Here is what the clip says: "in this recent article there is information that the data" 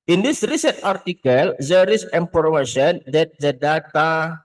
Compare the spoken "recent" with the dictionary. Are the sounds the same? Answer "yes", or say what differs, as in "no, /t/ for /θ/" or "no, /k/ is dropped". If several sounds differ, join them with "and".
yes